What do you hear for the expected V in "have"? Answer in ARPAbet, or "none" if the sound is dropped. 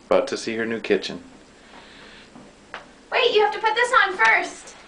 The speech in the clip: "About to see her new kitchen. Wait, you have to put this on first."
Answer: F